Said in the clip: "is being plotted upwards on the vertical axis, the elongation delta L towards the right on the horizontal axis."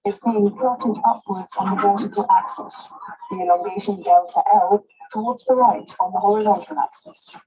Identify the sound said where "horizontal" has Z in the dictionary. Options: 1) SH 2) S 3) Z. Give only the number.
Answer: 3